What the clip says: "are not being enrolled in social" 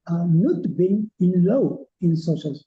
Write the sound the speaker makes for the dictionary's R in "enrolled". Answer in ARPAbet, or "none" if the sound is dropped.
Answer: L